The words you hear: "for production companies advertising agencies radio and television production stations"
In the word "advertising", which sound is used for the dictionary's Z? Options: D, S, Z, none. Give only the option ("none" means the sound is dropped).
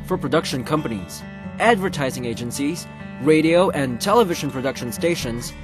Z